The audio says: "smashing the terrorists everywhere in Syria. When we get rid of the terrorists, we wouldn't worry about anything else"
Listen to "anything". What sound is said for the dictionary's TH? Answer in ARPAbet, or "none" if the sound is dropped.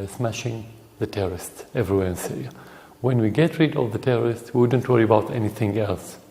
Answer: TH